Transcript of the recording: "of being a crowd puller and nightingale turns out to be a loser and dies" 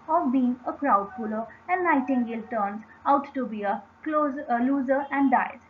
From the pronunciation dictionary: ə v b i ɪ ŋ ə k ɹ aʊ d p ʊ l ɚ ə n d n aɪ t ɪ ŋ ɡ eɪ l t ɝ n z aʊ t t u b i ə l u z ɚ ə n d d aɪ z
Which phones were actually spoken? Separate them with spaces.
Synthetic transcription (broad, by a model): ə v b i ɪ ŋ ə k ɹ aʊ d f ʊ l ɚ ə n d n aɪ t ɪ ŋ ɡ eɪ l t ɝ n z aʊ t t u b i ə l u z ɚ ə n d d aɪ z